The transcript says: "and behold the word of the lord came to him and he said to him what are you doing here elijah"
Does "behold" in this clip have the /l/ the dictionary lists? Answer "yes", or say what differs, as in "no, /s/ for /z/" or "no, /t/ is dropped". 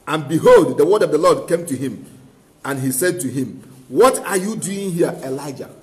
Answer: yes